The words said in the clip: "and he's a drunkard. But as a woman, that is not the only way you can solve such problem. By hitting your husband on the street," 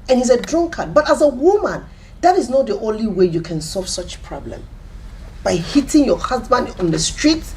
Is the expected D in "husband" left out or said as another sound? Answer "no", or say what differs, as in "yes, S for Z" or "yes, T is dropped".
no